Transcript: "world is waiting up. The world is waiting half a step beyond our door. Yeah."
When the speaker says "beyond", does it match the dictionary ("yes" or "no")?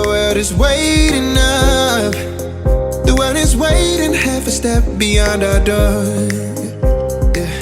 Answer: yes